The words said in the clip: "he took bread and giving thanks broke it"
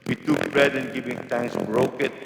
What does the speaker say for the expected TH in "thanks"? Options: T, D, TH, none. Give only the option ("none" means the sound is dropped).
T